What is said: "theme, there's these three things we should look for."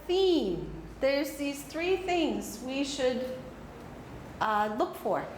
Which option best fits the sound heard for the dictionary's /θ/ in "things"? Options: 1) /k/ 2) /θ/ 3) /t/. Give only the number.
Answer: 2